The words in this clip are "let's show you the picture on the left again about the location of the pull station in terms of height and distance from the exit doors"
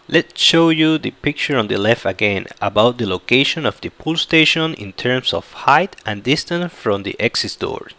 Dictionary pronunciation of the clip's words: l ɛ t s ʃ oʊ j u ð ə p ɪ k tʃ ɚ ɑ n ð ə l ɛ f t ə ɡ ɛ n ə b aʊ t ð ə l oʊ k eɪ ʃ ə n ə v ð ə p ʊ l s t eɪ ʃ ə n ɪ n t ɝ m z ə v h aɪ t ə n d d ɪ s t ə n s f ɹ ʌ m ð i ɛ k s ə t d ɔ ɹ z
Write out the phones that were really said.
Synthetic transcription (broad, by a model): l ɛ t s ʃ oʊ j u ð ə p ɪ k tʃ ɚ ɑ n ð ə l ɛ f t ə ɡ ɛ n ə b aʊ t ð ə l oʊ k eɪ ʃ ə n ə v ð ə p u l s t eɪ ʃ ə n ɪ n t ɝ m s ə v h aɪ t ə n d d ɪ s t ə n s f ɹ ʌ m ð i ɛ k s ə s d ɔ ɹ